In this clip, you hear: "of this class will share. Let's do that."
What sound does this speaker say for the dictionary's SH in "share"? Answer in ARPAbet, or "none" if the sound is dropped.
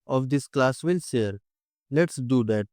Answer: S